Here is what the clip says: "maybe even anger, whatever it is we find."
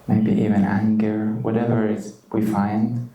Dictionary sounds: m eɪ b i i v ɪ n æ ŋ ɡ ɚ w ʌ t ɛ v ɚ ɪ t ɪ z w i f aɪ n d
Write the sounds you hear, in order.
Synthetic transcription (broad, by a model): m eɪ b i i v ɪ n æ ŋ ɡ ɚ w ʌ t ɛ v ɚ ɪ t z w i f aɪ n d